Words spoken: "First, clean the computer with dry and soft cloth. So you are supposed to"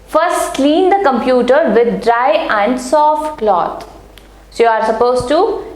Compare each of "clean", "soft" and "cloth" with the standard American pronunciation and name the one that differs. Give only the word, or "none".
cloth